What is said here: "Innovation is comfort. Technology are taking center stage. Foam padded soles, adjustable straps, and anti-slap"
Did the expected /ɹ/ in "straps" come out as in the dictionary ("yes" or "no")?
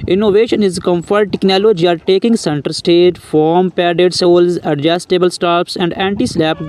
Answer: no